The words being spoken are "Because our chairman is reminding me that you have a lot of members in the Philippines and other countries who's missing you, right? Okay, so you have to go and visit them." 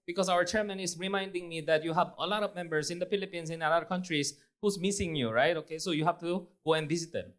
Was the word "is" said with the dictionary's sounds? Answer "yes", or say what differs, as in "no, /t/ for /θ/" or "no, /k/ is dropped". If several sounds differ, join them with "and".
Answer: no, /s/ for /z/